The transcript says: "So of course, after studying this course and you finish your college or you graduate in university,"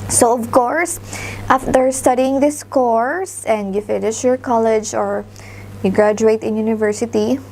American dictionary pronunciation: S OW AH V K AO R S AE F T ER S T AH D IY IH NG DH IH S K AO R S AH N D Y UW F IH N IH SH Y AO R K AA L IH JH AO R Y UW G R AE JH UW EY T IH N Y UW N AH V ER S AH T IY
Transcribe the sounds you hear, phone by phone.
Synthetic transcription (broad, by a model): S OW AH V K AO R S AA F T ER S T AH D IY IH NG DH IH S K AO R S AH N D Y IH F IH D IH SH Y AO R K AA L IH JH AO R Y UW G R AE JH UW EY T IH N Y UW N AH V ER S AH T IY